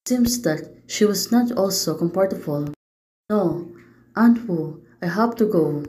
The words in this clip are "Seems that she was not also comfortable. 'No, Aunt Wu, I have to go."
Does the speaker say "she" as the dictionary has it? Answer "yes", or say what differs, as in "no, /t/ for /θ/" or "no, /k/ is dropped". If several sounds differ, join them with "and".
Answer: yes